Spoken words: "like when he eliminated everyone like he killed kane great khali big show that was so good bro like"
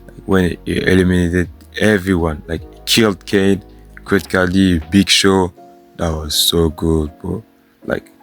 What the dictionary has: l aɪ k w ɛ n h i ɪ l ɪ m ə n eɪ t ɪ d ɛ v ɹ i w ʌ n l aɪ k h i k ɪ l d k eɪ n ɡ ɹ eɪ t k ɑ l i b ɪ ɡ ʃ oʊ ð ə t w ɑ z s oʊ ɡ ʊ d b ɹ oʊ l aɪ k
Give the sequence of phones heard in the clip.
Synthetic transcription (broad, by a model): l aɪ k w ɛ n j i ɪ l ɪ m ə n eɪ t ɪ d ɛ v ɹ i w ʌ n l aɪ k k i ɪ l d k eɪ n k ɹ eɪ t k ɑ l i b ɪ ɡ ʃ oʊ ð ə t w ɑ z s oʊ ɡ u d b oʊ l aɪ k